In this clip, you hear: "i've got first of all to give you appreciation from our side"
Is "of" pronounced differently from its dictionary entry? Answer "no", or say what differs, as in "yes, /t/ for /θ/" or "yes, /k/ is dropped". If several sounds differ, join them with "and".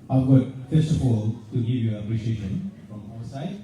yes, /p/ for /v/